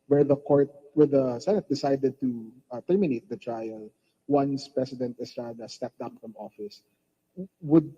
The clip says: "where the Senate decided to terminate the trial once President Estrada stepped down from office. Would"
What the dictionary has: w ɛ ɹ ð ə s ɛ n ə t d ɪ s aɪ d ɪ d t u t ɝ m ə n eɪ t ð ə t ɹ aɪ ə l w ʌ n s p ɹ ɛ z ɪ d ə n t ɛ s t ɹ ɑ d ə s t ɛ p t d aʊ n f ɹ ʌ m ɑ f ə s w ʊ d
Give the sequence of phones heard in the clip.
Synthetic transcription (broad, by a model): w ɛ ɹ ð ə s ɛ n ə t d ɪ s aɪ d ɪ d t u t ɝ m ə n eɪ t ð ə t ɹ aɪ ə l w ʌ n s p ɹ ɛ s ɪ d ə n t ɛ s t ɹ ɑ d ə s t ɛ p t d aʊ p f ɹ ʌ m ɑ f ə s w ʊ d